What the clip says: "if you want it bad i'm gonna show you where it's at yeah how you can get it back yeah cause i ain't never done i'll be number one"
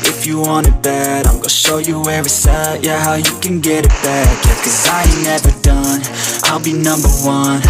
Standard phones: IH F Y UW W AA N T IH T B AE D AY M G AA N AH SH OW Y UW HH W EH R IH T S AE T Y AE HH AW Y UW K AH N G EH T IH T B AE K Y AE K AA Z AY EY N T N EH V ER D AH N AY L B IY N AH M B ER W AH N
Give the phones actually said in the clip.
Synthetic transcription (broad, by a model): IH F Y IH W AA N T IH T B AE D AY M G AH SH OW Y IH HH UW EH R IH S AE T Y AE HH AW Y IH K AH N G EH T IH T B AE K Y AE K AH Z AY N N EH V ER D AH N AY L B IY N AH M B ER W AH N